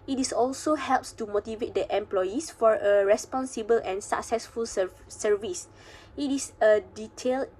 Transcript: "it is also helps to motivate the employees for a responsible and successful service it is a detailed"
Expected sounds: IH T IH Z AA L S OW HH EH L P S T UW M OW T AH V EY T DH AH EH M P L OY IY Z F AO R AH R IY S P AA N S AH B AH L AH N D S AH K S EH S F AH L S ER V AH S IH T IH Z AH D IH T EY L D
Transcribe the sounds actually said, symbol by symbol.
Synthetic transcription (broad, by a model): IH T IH S AA L S OW HH EH L P S T UW M OW T AH V EY T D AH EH M P L OY IY S F AO R AH R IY S P AA N S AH B AH L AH N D S AH K S EH S F AH L S ER V AH S IH T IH S AH D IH T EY L